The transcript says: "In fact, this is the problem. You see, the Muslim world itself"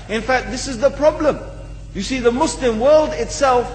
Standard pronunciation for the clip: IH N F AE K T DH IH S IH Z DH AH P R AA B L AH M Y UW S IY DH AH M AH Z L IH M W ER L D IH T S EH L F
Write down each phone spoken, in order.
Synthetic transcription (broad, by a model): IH N F AE K T DH IH S IH Z DH AH P R AA B L AH M Y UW S IY DH AH M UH S L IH M W ER L D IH T S EH L F